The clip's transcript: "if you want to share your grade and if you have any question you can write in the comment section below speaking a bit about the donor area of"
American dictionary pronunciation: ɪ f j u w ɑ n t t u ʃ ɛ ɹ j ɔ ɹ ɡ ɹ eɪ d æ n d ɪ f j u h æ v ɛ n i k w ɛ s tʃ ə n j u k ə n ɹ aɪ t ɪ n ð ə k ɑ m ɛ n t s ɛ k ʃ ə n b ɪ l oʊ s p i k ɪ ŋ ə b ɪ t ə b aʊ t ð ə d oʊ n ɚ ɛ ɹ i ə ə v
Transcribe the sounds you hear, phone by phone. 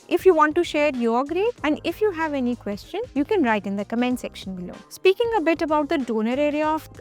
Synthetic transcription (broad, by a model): ɪ f j u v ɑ n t t u ʃ ɛ ɹ j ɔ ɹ ɡ ɹ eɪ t æ n d ɪ f j u h æ v ɛ n i k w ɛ s tʃ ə n j u k ə n ɹ aɪ t ɪ n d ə k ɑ m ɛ n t s ɛ k ʃ ə n b ɪ l oʊ s p i k ɪ ŋ ə b ɪ t ə b aʊ t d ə d oʊ n ɚ ɛ ɹ i ə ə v